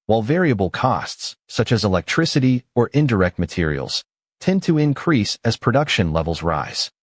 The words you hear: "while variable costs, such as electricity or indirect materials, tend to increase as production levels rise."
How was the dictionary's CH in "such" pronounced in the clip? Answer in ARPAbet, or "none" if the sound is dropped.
CH